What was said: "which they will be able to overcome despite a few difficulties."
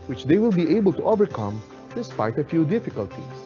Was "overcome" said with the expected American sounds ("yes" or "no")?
yes